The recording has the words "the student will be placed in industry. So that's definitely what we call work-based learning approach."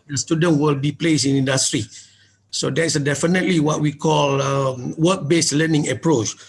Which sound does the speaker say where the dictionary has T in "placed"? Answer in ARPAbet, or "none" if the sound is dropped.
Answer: none